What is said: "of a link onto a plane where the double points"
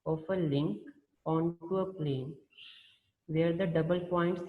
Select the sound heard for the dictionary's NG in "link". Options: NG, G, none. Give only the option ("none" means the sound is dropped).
NG